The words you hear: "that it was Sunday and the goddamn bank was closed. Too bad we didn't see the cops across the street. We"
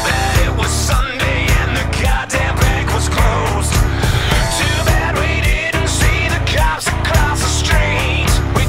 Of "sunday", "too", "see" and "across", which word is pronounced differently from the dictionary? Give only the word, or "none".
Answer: across